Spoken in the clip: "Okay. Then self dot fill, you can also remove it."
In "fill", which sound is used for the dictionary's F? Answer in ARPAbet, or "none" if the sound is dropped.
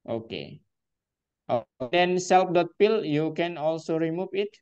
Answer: P